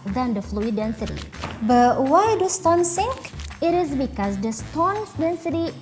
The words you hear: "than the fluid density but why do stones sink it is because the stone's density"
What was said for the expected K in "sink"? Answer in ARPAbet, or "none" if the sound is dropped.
K